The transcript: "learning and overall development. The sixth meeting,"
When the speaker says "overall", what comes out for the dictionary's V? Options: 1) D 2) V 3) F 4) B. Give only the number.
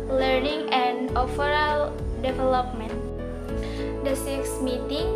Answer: 3